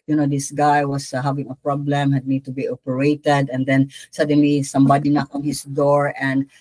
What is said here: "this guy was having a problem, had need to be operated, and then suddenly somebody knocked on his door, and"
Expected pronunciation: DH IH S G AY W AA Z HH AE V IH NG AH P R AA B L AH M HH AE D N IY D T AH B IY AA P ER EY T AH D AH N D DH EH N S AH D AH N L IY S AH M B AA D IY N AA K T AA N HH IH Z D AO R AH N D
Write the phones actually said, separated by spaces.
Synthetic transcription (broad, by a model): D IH S G AY W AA S HH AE V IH NG AH P R AA B L AH M HH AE D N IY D T AH B IY AA P ER EY T AH D AH N D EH N S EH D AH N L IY S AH M B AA D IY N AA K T AA N HH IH S D AO R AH N D